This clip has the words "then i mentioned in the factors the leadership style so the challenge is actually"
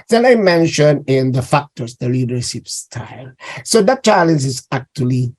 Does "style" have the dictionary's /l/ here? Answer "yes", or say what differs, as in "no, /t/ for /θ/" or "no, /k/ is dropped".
yes